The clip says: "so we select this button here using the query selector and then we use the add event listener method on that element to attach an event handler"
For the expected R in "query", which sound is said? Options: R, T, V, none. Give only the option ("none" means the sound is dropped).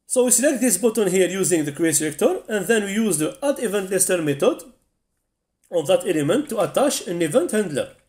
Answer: none